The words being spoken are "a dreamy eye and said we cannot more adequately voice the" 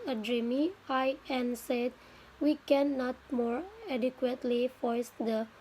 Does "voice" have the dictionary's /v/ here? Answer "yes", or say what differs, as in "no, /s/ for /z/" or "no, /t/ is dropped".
no, /f/ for /v/